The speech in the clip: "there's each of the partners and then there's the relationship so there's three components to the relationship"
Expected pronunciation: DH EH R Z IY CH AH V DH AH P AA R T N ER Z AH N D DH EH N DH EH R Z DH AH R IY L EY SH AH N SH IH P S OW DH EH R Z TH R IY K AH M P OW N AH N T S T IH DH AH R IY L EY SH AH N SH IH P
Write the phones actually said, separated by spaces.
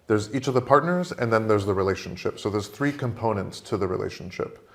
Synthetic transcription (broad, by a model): DH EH R Z IY CH AH V DH AH P AA R T N ER Z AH N DH EH N DH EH R Z DH AH R IY L EY SH AH N SH IH P S OW DH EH R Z TH R IY K AH M P OW N AH N T S T IH DH AH R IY L EY SH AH N SH IH P